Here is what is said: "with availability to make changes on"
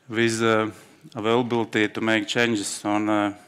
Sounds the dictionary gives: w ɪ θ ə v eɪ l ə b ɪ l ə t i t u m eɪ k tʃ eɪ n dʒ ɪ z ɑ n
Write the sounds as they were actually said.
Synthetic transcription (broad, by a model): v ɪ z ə v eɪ l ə b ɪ l t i t u m eɪ k tʃ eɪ n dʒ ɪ s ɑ n